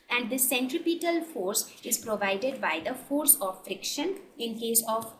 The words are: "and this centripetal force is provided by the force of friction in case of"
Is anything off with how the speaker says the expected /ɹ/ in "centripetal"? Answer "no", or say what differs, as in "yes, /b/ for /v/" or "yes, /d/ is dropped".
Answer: no